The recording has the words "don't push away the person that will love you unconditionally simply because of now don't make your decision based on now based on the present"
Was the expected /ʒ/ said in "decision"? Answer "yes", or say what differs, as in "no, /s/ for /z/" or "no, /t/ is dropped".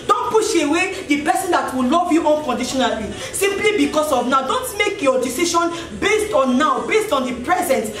no, /ʃ/ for /ʒ/